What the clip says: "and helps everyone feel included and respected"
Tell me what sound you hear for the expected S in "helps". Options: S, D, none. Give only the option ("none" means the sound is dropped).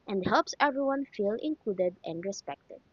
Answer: S